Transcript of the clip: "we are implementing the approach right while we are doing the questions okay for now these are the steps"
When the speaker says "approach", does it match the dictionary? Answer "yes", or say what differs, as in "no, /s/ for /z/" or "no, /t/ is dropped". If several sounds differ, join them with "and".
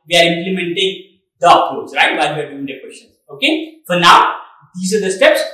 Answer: no, /s/ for /tʃ/